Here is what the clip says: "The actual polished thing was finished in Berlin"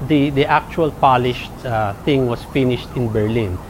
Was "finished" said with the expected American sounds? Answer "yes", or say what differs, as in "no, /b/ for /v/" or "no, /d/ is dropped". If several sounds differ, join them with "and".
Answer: yes